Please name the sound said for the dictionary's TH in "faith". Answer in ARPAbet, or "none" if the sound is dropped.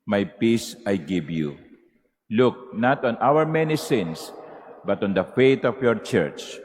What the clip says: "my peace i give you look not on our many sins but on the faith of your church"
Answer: T